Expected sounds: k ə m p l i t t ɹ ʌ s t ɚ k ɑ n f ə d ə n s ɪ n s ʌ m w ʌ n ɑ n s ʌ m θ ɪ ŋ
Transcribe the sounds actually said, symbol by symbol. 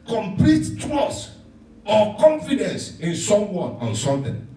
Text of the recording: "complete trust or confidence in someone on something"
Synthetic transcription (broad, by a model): k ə m p l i t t ɹ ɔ s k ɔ k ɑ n f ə d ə n s ɪ n s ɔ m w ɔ ɑ n s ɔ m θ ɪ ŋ